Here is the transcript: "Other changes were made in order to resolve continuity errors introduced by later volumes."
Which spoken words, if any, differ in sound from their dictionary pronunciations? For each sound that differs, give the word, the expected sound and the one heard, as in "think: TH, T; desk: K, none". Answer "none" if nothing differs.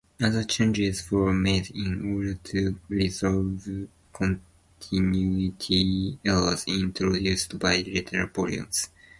errors: R, L; volumes: V, P